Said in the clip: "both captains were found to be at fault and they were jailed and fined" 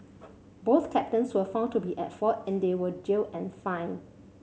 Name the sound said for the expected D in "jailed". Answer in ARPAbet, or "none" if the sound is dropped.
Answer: none